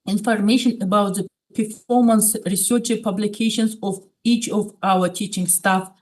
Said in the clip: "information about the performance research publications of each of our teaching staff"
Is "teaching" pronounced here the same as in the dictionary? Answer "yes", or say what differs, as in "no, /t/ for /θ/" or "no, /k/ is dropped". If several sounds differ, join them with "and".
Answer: yes